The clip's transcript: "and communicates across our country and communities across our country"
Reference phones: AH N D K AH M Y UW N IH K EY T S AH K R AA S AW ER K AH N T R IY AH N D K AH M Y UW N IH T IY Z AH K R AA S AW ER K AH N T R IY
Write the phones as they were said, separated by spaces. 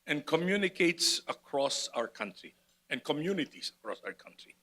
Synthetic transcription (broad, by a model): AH N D K AH M Y UW N IH K EY T S AH K R AA S AW ER K AH N T R IY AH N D K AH M Y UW N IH T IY S AH K R AA S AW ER K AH N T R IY